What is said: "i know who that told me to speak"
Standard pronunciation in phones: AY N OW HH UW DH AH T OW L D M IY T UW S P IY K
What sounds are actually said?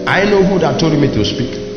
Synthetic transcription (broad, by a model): AY N OW HH UW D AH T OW D M IY T UW S P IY K